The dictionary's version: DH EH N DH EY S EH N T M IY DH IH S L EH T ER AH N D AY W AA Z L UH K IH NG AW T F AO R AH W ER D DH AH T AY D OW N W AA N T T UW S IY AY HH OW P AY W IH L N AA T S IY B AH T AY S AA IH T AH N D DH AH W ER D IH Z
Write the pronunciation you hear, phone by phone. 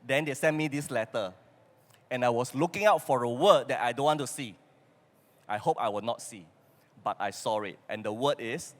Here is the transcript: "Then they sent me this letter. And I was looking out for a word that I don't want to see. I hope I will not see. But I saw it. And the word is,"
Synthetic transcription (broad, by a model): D EH N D EY S EH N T M IY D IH S L EH T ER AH N AY W AA S L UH K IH NG AW T F AO R AH W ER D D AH T AY D OW N W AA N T T UW S IY AY HH OW P AY W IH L N AA T S IY B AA T AY S AA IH T AH N D AH W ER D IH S